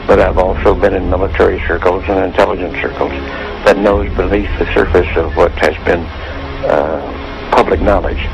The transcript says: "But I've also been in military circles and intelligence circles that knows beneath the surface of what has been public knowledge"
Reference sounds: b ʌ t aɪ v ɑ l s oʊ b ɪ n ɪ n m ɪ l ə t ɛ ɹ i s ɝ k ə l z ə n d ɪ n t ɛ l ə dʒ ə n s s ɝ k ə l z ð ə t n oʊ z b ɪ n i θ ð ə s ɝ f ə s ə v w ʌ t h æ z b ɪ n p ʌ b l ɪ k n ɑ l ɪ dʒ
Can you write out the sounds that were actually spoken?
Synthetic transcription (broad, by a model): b ʌ t aɪ v ɑ l s oʊ b ɪ n ɪ n m ɪ l ə t ɛ ɹ i s ɝ k l z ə n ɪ n t ɛ l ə dʒ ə n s s ɝ k l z ð ə t n oʊ z b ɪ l i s ð ə s ɝ f ə s ə v w ʌ t h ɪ z b ɪ n p ʌ b l ɪ k n ɑ l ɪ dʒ